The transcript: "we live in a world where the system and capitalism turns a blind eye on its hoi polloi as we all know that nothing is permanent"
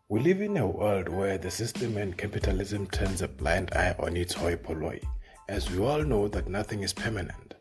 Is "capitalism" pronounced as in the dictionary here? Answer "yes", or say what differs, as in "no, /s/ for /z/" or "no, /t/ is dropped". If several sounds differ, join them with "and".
yes